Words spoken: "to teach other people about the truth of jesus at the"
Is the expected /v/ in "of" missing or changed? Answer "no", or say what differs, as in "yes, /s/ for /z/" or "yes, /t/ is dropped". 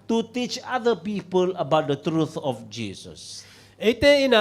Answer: yes, /f/ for /v/